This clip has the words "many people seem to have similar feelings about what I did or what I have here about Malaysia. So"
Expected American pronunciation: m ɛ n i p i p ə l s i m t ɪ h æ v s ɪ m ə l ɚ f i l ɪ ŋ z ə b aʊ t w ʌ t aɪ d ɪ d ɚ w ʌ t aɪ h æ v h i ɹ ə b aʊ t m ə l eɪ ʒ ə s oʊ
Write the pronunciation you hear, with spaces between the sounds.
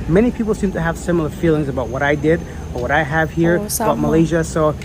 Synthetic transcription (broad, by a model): m ɛ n i p i p l s i m t ɪ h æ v s ɪ m l ɚ f i l ɪ ŋ z ə b aʊ t w ʌ t aɪ d ɪ d ɚ w ʌ t aɪ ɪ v h i ɹ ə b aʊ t m ə l eɪ ʒ ə s oʊ